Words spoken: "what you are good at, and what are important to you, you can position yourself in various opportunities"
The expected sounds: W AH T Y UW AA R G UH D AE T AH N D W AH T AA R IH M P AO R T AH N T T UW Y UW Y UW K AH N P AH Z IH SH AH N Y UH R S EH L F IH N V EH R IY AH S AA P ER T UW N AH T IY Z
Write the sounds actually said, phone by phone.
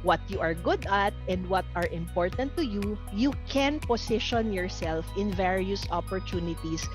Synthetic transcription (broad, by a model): W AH T Y UW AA R G UH D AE T AH N D W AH T AA R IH M P AO R T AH N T T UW Y UW Y UW K AH N P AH S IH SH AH N Y UH R S EH L F IH N V EH R IY AH S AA P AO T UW N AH T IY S